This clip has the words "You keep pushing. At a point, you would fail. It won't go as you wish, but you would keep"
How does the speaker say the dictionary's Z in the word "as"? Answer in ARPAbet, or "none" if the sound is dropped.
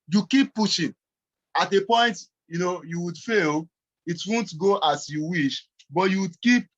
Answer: S